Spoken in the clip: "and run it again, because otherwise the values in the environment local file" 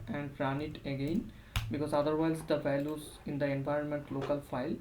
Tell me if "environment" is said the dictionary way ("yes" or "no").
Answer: yes